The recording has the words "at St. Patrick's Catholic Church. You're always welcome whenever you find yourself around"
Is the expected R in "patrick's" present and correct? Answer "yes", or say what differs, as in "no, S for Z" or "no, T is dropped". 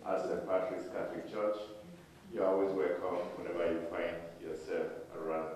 no, L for R